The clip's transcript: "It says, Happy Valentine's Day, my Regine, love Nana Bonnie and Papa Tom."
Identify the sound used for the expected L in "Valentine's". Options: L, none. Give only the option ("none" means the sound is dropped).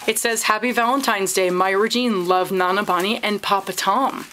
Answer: L